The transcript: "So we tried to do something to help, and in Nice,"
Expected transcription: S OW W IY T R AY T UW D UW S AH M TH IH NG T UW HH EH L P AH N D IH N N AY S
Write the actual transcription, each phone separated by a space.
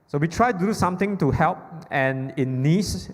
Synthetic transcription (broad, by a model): S OW W IY T R AY T UW D UW S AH M T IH NG T UW HH EH L P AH N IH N N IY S